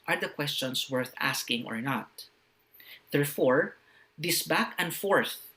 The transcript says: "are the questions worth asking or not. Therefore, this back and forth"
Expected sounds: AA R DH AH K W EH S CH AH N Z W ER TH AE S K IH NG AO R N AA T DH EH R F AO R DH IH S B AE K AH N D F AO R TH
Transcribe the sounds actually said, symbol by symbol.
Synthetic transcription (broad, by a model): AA R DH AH K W EH S CH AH N S W ER TH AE S K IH NG AO R N AA T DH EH R F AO R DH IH S B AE K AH N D F AO R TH